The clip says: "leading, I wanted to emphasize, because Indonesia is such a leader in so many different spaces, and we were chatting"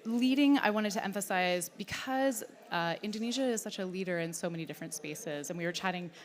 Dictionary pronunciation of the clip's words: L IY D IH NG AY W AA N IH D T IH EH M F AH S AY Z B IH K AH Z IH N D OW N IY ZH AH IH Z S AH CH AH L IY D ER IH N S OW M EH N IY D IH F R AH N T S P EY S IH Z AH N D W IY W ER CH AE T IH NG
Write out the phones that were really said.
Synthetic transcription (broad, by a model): L IY D IH NG AY W AA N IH D T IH EH M F AH S AY Z B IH K AH Z IH N D OW N IY ZH AH IH Z S AH CH AH L IY D ER IH N S OW M EH N IY D IH F R AH N T S P EY S IH Z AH N W IY W ER CH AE T IH NG